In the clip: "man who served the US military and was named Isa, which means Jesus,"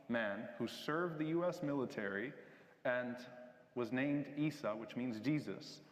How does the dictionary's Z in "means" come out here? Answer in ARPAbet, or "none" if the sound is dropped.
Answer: Z